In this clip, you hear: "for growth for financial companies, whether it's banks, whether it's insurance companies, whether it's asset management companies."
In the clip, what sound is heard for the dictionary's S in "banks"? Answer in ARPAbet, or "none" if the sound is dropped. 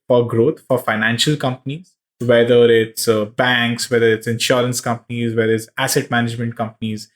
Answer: S